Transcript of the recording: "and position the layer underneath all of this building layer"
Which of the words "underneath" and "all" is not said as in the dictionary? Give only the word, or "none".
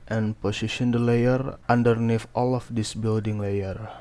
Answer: underneath